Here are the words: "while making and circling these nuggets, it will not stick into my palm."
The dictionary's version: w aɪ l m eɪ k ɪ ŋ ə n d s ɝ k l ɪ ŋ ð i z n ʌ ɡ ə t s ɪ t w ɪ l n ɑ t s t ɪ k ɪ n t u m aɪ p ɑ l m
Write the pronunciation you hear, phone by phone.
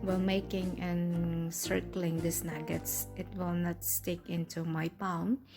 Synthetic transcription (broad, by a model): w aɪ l m eɪ k ɪ ŋ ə n s ɝ k l ɪ ŋ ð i s n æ ɡ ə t s ɪ t w ɪ l n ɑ t s t ɪ k ɪ n t u m aɪ p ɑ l m